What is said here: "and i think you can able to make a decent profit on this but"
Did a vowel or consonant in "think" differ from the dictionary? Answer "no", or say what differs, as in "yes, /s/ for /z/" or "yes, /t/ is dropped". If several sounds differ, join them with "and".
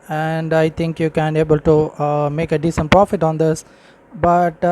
yes, /t/ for /θ/